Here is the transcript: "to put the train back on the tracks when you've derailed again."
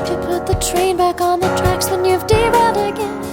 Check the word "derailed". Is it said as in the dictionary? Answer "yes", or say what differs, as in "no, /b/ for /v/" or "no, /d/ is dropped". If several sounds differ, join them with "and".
no, /l/ is dropped